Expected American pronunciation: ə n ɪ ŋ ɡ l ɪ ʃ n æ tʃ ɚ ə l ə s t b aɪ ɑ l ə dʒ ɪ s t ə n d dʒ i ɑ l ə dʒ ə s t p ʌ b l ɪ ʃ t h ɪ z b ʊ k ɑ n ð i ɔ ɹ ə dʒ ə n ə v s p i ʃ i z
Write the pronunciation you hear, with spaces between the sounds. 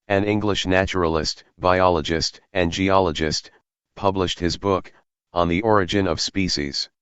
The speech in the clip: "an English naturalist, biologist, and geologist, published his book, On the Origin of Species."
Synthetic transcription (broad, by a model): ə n ɪ ŋ ɡ l ɪ ʃ n æ tʃ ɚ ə l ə s t b aɪ ɑ l ə dʒ ɪ s t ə n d dʒ i ɑ l ə dʒ ə s t p ʌ b l ɪ ʃ t h ɪ z b ʊ k n ð i ɔ ɹ ə dʒ ə n ə v s p i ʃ i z